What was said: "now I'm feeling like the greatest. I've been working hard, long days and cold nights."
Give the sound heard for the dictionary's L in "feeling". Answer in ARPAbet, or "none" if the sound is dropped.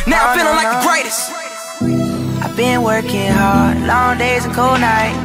N